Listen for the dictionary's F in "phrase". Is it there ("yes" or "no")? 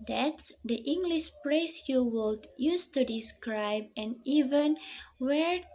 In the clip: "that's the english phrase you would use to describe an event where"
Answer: no